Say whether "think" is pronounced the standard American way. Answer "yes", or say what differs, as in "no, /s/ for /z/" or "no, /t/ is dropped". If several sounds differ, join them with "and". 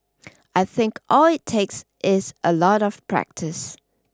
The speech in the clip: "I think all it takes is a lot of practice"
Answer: yes